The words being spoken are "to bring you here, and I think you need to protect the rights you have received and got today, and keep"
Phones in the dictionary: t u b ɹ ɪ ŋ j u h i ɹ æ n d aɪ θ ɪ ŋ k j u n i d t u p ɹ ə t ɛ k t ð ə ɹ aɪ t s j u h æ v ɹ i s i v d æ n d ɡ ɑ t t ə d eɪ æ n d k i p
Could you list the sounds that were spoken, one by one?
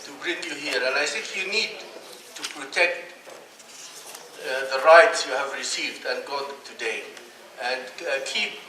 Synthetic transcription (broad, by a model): t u b ɹ ɪ ŋ j u h i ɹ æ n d aɪ s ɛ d j u n i d t u p ɹ ə t ɛ k t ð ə ɹ aɪ t s j u h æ v ɹ i s i v d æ n ɡ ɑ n t ə d eɪ æ n d k i p